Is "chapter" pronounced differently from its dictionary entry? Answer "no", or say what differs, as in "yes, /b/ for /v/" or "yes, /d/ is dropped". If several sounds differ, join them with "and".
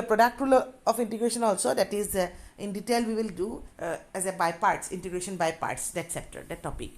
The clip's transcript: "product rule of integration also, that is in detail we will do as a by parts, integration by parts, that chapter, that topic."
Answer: yes, /s/ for /tʃ/